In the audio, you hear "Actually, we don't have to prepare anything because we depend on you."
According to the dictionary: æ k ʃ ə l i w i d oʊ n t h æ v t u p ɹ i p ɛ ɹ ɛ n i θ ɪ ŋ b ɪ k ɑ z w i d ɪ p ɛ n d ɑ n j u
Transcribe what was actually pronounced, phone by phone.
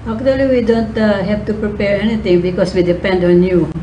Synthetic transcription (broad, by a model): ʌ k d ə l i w i d oʊ n t h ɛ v t u p ɹ i p ɛ ɹ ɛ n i t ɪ ŋ b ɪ k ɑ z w i d ɪ p ɛ n d ɑ n j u